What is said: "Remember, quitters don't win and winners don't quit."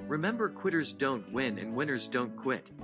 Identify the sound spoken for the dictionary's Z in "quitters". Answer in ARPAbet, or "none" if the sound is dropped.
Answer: Z